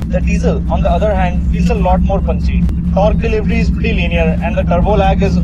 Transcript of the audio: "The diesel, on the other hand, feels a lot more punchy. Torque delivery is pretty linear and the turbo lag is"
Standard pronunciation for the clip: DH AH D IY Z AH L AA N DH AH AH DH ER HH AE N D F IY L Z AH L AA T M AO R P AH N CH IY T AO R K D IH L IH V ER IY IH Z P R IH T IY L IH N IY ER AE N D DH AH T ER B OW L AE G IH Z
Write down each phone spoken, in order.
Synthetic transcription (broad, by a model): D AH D IY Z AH L AA N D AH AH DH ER HH AE N D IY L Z AH L AA T M AO R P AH N S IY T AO R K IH L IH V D IY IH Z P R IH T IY L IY N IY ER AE N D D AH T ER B OW L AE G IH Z